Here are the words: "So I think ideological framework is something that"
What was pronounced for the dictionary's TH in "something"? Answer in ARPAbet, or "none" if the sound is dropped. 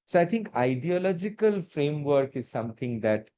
T